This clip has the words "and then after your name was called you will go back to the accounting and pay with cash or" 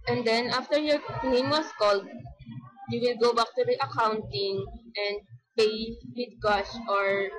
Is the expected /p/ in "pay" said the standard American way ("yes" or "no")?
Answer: yes